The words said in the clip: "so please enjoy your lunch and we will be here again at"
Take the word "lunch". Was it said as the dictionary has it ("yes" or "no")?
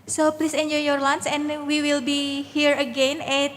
no